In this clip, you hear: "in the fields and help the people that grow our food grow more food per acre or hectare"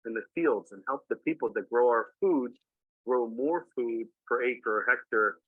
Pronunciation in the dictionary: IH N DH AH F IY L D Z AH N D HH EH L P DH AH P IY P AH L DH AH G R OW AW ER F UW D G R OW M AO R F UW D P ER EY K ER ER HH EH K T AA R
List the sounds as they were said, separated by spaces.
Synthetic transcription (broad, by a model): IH N DH AH F IY L D Z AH N HH EH L P DH AH P IY P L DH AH G R OW AW ER F UW D G R OW M AO R F UW D F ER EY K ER ER HH EH K T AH R